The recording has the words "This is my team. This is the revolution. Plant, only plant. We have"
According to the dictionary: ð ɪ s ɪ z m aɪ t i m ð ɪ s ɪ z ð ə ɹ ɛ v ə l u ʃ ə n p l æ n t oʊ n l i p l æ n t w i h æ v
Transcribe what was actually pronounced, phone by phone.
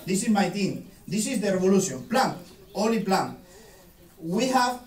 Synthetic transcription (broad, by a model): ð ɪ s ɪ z m aɪ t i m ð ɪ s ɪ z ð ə ɹ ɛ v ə l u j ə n p l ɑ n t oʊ l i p l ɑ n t w i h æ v